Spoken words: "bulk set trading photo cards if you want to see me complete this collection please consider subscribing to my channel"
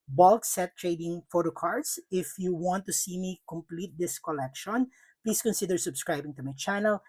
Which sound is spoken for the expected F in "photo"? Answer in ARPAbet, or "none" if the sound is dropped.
F